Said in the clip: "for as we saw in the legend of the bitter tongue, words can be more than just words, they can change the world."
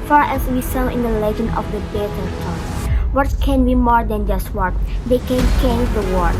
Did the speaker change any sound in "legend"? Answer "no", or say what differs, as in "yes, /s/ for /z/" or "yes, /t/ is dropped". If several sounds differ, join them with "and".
no